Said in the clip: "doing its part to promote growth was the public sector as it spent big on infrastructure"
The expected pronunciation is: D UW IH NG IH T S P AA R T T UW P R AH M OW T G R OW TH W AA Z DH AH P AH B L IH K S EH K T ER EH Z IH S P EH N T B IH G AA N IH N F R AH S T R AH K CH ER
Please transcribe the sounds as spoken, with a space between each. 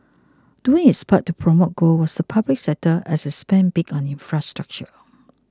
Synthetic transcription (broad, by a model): D UW IH NG IH T S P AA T T UW P R AH M OW T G OW W AA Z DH AH P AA B L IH K S EH T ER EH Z IH S P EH N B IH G AA N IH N F R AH S T R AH K CH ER